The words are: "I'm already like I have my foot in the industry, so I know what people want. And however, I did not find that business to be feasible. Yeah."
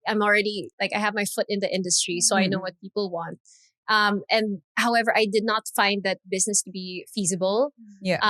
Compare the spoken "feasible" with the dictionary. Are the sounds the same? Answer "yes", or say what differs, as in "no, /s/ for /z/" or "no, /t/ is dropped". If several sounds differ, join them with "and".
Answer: yes